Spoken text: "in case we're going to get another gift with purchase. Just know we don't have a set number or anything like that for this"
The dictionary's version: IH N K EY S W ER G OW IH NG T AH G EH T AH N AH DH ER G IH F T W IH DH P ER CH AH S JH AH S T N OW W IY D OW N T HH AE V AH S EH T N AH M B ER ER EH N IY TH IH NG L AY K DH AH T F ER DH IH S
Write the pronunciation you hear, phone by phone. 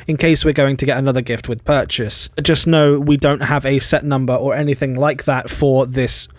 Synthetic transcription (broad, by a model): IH N K EY S W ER G OW IH NG T AH G EH T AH N AH DH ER G IH F T W IH DH P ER CH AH S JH AH S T N OW W IY D OW N T HH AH V AH S EH T N AH M B ER ER EH N IY TH IH NG L AY K DH AH T F ER DH IH S